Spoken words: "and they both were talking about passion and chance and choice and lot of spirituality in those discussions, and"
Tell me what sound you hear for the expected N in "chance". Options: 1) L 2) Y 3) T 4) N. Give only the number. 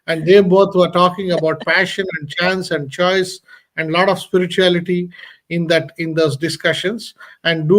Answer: 4